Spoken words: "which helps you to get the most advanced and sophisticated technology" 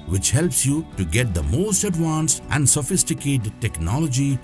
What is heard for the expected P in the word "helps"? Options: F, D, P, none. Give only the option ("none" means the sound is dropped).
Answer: P